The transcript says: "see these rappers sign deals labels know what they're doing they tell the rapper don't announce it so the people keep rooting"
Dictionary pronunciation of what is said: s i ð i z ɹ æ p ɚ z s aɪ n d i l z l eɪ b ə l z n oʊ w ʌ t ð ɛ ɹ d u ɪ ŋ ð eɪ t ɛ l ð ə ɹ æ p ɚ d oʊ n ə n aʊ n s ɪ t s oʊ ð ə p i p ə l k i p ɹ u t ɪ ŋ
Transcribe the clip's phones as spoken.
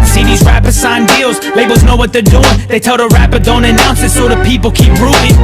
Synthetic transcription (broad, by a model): s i ð i z ɹ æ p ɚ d s aɪ n d i l z l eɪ b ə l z n oʊ w ʌ t ð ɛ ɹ d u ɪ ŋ ð eɪ t ɛ l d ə ɹ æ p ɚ d oʊ n ə n aʊ n s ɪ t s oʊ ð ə p i p l k i p ɹ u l ɪ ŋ